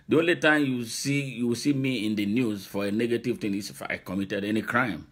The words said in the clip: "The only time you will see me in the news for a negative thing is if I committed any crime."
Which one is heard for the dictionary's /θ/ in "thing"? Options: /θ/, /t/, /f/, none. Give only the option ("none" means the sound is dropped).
/t/